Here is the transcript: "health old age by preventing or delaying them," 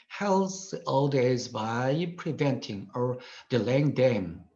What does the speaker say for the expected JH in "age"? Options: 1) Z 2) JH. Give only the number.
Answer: 1